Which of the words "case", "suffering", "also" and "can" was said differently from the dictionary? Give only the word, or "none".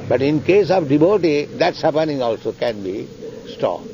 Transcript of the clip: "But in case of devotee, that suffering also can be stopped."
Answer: suffering